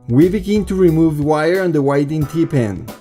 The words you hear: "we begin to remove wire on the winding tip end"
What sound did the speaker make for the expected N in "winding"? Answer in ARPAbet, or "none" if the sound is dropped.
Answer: none